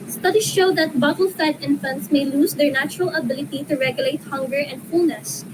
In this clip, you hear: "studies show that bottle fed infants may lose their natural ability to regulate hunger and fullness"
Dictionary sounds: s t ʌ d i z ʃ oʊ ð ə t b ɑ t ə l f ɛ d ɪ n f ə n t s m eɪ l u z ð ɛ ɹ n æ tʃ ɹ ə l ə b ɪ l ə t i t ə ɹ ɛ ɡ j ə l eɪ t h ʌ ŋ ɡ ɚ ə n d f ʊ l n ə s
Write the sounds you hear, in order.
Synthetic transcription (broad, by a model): s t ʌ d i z ʃ oʊ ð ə t b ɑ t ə l f ɛ d ɪ n f ə n t s m eɪ l u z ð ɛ ɹ n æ tʃ ɹ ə l ə b ɪ l ə t i t ə ɹ ɛ ɡ j ə l eɪ t h ʌ ŋ ɡ ɚ ə n d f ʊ l n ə s